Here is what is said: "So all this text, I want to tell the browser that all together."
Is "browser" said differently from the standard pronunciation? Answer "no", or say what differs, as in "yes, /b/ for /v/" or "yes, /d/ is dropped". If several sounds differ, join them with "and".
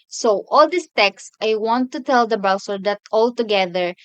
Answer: yes, /s/ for /z/